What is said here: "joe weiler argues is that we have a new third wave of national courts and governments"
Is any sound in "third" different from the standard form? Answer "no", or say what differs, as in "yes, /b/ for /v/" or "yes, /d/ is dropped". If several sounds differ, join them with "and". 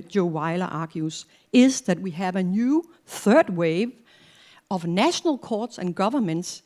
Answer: no